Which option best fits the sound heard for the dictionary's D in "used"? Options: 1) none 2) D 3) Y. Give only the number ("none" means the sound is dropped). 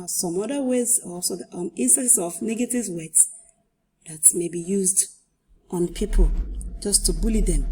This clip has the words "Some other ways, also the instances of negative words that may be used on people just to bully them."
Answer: 2